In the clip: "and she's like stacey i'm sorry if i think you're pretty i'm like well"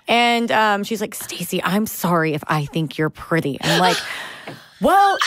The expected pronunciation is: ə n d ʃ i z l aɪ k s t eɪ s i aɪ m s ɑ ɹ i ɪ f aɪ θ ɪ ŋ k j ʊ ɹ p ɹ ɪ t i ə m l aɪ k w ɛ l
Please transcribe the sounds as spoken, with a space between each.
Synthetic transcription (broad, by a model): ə n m ʃ i z l aɪ k s t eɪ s i aɪ m s ɑ ɹ i ɪ f aɪ θ ɪ ŋ k j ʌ ɹ p ɹ ɪ t i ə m l aɪ k w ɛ l